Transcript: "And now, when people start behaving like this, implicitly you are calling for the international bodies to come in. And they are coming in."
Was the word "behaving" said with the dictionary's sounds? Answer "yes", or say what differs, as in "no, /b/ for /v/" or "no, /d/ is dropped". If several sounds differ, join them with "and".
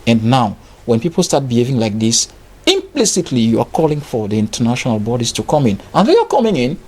yes